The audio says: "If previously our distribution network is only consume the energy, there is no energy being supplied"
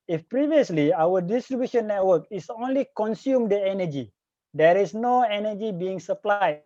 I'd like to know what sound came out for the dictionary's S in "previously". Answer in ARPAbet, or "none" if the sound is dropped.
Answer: S